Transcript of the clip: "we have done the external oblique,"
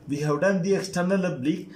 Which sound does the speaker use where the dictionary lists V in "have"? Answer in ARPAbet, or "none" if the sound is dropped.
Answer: W